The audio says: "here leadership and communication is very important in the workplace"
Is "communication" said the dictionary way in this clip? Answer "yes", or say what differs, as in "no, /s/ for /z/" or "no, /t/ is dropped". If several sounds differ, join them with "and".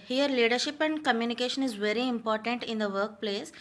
yes